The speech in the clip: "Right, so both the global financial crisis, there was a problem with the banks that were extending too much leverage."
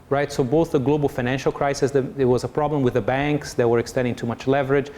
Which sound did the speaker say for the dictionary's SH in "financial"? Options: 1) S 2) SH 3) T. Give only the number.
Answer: 2